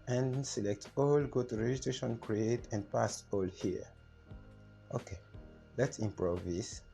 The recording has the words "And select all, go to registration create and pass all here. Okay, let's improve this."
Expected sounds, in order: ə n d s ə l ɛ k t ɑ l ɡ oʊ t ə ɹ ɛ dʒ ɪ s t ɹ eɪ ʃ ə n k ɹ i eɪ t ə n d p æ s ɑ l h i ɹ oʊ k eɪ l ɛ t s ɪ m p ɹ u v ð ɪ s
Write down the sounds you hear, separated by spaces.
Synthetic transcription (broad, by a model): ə n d s ə l ɛ k t ɑ l ɡ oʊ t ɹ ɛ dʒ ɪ t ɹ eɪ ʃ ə n k ɹ i eɪ t ə n d p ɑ s ɑ l h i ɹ oʊ k eɪ l ɛ t s ɪ m p ɹ u v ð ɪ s